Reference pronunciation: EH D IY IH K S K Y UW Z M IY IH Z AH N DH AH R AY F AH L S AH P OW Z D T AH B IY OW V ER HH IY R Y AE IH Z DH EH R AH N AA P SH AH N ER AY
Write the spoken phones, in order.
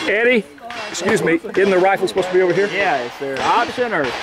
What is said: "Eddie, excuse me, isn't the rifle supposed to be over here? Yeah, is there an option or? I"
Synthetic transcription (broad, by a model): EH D IY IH K S K Y UW Z M IY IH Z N DH AH R AY F L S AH P OW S T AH B IY OW V ER HH IY R Y AE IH S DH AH R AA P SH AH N ER